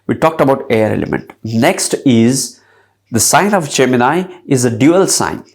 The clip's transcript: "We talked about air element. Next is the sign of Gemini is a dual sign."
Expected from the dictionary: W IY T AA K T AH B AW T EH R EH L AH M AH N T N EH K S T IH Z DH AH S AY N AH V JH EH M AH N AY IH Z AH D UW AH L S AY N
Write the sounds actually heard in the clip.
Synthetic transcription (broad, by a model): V IY T AA K T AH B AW T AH R EH L AH M AH N T N EH K S T IH Z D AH S AY N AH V CH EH M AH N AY IH Z AH D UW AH L S AY N